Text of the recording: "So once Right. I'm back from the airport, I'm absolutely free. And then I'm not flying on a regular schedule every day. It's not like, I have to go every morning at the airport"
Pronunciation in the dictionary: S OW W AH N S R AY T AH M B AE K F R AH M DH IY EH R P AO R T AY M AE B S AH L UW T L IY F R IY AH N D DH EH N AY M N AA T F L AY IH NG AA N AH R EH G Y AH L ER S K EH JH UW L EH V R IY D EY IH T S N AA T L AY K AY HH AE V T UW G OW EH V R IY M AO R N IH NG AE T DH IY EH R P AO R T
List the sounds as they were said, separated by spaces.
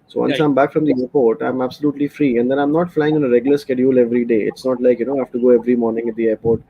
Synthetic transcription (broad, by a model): S OW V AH N S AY AH M B AE K F R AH M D IY EH R P AO R T AY M AE B S AH L UW T L IY F R IY AH N D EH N AY M N AA T F L AY IH NG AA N AH R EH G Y L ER S K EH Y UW L EH V R IY D EY IH T S N AA T L AY K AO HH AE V T UW G OW EH V R IY M AO R N IH NG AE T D IY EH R P AO R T